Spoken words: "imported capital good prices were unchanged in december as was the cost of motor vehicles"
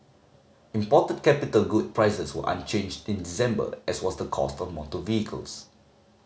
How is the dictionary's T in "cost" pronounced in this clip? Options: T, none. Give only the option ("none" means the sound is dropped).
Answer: T